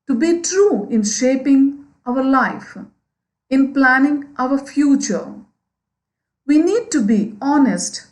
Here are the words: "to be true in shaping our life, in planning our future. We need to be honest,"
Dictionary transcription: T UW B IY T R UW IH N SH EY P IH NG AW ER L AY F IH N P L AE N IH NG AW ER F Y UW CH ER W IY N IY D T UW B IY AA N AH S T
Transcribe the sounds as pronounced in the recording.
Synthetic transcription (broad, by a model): T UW B IY T R UW IH N SH EY P IH NG AW ER L AY F IH N P L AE N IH NG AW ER F Y UW CH ER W IY N IY D T UW B IY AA N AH S T